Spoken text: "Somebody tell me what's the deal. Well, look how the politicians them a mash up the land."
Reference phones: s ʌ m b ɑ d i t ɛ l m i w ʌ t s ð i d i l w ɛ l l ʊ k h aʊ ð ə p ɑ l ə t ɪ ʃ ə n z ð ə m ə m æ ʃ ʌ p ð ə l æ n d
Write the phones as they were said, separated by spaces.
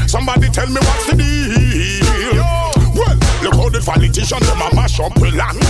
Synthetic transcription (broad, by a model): s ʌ m b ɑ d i t ɛ l m i w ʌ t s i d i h w ɛ l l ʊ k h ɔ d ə f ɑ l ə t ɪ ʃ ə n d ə m ə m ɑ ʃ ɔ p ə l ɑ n